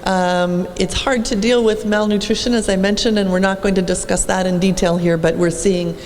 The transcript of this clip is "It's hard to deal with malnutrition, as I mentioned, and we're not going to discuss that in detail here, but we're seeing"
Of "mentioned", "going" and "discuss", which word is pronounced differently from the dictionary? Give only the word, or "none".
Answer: none